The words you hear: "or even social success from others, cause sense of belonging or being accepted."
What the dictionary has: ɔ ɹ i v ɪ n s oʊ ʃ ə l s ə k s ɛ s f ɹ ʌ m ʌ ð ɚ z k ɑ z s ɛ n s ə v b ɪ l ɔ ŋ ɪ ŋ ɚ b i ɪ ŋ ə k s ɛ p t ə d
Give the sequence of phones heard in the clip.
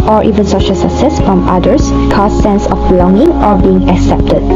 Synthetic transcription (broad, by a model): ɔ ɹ i v ɪ n s oʊ ʃ ə l s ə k s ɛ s f ɹ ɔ m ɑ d ɚ s k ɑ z s ɛ n s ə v b ɪ l ɔ ŋ ɪ ŋ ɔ b i ɪ ŋ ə k s ɛ p t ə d